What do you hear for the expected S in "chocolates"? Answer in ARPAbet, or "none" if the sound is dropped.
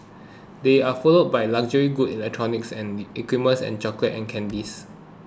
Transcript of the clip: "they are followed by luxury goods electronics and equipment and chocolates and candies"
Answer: none